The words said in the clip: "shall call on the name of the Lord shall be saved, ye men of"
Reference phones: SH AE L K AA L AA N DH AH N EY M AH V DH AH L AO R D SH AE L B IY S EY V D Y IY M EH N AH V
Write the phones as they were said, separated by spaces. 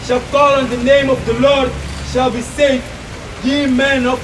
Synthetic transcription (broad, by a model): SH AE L K AA L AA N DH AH N EY M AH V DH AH L AO R D SH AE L B IY S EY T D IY M EH N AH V